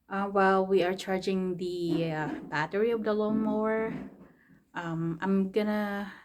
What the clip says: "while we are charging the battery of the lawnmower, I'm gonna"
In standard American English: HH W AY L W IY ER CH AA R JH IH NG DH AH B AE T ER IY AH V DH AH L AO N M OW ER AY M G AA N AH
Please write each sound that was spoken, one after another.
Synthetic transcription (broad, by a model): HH W AY L W IY ER CH AA R JH IH NG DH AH B AE T ER IY AH V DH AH L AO M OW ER AY M G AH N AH